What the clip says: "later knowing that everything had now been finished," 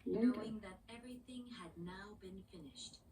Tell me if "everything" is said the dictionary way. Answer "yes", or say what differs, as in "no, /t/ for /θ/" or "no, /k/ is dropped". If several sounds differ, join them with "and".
yes